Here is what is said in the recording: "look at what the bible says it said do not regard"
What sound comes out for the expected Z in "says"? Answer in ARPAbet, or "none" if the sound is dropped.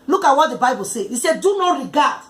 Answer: none